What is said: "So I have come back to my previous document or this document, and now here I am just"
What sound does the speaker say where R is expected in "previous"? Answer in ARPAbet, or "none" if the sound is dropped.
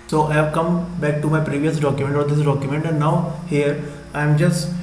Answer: R